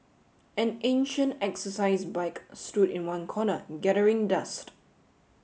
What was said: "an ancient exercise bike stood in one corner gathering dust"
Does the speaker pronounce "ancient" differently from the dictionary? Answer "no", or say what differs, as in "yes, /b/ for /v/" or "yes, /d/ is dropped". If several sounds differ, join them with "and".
no